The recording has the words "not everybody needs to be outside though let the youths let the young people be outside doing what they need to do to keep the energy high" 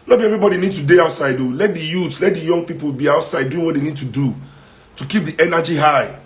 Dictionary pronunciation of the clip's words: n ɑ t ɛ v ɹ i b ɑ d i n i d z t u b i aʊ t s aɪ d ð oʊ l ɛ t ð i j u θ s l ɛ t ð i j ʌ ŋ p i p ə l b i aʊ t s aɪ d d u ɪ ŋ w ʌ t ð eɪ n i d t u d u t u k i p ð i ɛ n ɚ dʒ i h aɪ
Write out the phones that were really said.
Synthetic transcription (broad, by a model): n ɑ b ɛ v ɹ i b ɑ d i n i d t u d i aʊ t s aɪ d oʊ l ɛ t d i j u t l ɛ t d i j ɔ ŋ p i p ə l b i aʊ t s aɪ d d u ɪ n w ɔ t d eɪ n i d t u d u t u k i p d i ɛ n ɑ dʒ i h aɪ